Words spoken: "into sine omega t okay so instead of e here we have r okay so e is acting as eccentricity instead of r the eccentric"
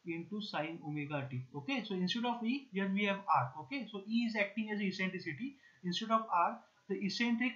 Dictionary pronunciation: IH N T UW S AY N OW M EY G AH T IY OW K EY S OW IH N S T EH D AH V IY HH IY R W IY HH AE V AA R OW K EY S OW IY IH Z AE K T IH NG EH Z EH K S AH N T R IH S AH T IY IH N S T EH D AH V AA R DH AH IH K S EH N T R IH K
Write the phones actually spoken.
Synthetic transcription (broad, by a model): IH N T UW S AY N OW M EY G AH T IY OW K EY S OW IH N S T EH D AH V IY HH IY R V IY HH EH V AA R OW K EY S OW IY IH Z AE K T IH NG EH Z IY S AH N T R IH S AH T IY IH N S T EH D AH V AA R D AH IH S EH N T R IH K